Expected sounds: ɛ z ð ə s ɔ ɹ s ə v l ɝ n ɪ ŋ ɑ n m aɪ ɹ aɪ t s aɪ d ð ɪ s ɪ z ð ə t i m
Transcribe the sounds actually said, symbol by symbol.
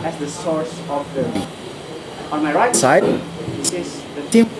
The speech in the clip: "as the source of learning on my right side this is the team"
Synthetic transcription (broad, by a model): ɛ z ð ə s ɔ ɹ s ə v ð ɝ ɪ ɑ n m aɪ ɹ aɪ t s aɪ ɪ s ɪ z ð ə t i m